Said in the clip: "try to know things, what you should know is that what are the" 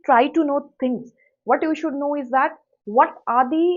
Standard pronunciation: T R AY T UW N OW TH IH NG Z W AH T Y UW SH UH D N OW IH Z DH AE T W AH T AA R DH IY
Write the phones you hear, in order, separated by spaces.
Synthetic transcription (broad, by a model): T R AY T UW N OW T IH NG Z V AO T Y UW SH UH D N OW IH Z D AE T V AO T AA R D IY